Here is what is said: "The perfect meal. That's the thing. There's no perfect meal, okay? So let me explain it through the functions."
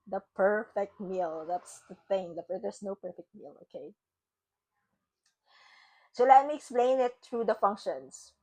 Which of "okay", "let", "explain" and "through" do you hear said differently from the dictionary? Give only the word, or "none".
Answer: through